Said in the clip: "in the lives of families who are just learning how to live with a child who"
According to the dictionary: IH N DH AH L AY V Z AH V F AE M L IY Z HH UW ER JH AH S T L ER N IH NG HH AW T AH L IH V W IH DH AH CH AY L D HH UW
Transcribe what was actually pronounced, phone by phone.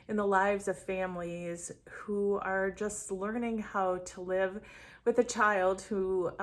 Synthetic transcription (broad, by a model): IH N DH AH L AY V Z AH V F AE M L IY Z HH UW ER JH AH S T L ER N IH NG HH AW T AH L IH V W IH DH AH CH AY L D HH UW